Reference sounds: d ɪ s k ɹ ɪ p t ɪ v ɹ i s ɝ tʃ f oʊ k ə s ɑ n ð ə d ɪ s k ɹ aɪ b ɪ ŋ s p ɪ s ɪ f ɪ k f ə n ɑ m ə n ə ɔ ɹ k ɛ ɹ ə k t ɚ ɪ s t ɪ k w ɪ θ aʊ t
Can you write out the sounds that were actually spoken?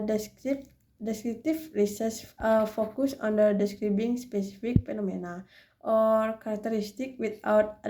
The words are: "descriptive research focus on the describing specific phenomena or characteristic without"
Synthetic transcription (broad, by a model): d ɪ s k ɹ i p t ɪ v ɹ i s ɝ s f oʊ k ə s ɑ n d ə d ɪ s k ɹ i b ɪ ŋ s p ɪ s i f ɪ k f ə n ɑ m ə n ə ɔ ɹ k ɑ ɹ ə k t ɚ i s t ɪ k w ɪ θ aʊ t